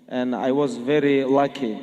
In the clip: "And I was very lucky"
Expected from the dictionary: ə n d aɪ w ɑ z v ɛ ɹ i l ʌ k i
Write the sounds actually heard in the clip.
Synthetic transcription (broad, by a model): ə n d aɪ w ɑ z v ɛ ɹ i l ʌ k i